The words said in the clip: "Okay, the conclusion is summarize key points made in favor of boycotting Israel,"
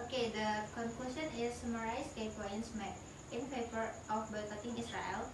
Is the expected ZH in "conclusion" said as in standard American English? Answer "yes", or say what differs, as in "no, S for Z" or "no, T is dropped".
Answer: no, S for ZH